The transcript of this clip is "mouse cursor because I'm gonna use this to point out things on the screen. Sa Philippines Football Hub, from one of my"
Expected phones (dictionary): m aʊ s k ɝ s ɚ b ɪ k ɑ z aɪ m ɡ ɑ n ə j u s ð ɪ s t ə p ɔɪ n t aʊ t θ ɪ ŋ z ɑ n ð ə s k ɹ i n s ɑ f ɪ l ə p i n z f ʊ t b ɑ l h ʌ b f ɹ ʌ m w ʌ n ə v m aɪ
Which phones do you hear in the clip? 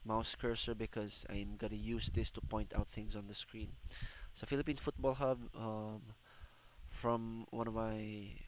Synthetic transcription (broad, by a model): m aʊ s k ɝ s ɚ b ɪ k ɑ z aɪ m ɡ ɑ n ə j u s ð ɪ s t ə p ɔɪ n t aʊ t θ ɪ ŋ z ɑ n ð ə s k ɹ i n s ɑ f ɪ l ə p i n f ʊ t b ɑ l h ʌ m f ɹ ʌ m w ʌ n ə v m aɪ